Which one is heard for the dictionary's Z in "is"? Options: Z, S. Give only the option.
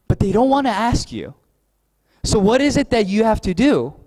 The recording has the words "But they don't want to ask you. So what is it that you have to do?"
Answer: Z